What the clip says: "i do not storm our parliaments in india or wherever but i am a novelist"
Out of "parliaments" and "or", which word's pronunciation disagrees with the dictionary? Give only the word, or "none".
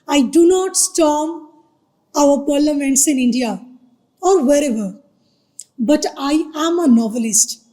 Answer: none